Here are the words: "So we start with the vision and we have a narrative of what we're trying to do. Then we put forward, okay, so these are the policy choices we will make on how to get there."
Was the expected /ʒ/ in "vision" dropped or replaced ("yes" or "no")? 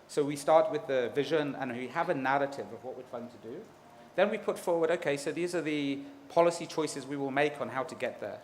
no